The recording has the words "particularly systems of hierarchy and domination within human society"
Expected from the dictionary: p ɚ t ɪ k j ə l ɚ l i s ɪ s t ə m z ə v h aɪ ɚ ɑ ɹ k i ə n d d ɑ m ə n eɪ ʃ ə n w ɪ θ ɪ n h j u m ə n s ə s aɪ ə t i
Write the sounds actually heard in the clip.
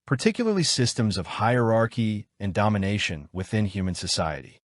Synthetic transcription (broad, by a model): p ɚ t ɪ k j l ɚ l i s ɪ s t ə m z ə v h aɪ ɚ ɑ ɹ k i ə n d d ɑ m ə n eɪ ʃ ə n w ɪ θ ɪ n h j u m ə n s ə s aɪ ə t i